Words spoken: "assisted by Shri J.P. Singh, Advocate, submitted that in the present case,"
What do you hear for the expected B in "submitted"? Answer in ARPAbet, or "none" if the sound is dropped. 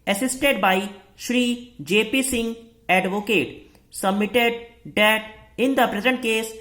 B